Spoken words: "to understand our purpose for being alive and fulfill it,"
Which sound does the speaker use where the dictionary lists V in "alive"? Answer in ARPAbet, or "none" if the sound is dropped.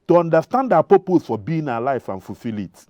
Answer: F